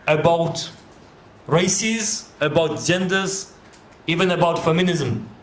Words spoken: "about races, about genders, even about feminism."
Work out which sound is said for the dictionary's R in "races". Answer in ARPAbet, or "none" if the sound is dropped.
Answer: R